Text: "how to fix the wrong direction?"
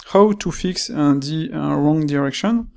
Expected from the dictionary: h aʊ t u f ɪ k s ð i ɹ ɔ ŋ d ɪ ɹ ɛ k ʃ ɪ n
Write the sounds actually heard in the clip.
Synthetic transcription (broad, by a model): h aʊ t u f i k s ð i ɹ ɔ ŋ d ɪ ɹ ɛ k ʃ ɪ n